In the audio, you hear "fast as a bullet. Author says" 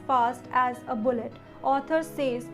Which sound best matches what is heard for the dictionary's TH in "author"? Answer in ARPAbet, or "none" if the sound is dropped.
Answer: T